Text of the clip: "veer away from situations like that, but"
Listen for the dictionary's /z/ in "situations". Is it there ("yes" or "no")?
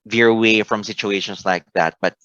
no